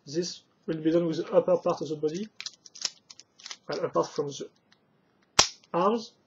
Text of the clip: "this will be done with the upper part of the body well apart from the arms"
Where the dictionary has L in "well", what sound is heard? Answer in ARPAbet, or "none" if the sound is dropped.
N